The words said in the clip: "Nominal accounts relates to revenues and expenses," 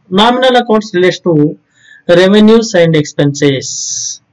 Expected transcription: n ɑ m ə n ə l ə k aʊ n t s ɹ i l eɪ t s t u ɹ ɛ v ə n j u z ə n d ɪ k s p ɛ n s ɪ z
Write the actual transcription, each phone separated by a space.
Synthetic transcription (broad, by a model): n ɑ m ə n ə l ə k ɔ t s ɹ i l eɪ t s t u ɹ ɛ v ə n j u s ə n d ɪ k s p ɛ n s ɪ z